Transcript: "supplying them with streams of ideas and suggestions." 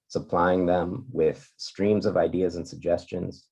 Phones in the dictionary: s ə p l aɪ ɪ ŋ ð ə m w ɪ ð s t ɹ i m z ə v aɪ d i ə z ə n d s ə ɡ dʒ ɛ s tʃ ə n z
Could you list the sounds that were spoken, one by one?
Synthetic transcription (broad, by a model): s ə p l aɪ ɪ ŋ ð ə m w ɪ ð s t ɹ i m z ə v aɪ d i ə z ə n s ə ɡ dʒ ɛ s tʃ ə n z